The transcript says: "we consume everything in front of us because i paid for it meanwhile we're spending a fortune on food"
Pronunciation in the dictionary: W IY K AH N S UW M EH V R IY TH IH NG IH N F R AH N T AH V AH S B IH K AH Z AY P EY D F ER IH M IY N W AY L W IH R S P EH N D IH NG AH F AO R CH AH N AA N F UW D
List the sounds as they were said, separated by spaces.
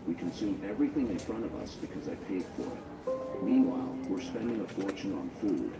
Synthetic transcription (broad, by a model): W IY K AH N S UW M EH V R IY TH IH NG IH N F R AH T AH V AH S B IH K AH Z AY P EY D F ER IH M IY N W AY L W IH R S P EH N D IH NG AH F AO R CH AH N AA N F UW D